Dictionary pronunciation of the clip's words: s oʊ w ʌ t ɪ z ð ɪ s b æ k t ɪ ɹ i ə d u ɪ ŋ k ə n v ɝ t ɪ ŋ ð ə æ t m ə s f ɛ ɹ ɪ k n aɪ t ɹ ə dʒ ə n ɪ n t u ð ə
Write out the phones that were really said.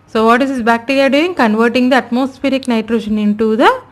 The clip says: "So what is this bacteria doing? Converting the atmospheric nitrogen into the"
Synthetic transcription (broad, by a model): s oʊ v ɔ t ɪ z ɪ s b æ k t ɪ ɹ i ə d u ɪ ŋ k ə n v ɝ t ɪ ŋ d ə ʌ t m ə s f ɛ ɹ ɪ k n aɪ t ɹ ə ʃ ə n ɪ n t u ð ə